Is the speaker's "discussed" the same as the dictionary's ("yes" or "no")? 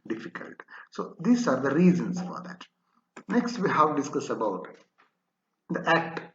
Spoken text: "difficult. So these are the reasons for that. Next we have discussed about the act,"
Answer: no